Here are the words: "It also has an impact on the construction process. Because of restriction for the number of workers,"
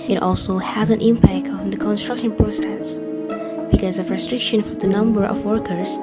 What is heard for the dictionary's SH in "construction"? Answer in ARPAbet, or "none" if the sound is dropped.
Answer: SH